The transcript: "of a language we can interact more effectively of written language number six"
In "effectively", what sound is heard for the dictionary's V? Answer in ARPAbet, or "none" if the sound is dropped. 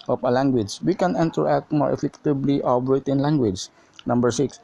B